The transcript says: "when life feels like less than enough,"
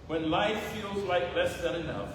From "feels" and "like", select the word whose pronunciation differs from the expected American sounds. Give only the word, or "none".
none